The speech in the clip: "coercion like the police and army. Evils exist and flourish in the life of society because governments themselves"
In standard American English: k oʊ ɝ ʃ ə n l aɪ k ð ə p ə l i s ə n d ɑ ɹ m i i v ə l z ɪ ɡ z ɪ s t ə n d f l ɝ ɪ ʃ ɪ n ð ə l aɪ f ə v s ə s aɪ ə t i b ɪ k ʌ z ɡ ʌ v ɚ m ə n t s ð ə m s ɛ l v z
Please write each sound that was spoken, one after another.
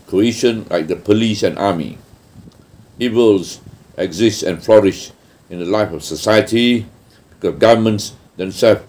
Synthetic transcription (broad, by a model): k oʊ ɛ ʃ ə n l aɪ k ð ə p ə l i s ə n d ɑ m i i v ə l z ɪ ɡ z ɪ s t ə n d f l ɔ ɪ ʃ ɪ n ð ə l aɪ f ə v s ə s aɪ ə t i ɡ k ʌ ɡ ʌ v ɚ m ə n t s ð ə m s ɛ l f